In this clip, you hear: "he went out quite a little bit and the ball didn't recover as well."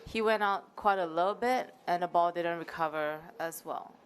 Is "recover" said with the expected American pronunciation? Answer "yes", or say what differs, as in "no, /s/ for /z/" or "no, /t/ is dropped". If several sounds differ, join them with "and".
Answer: yes